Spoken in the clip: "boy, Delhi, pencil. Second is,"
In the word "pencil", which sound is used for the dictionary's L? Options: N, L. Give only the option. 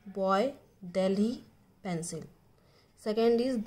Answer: L